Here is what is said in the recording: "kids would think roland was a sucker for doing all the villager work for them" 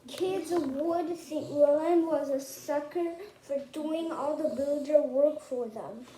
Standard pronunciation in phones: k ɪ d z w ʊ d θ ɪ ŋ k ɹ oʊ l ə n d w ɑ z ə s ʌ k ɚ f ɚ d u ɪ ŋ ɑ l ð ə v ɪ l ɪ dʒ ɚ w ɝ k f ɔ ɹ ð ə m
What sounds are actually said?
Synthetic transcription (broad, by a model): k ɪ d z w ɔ d s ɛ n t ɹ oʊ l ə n w ɑ z ə s ʌ k ɚ f ɚ d u ɪ ŋ ɑ l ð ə b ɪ l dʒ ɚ w ɝ k f ɔ ɹ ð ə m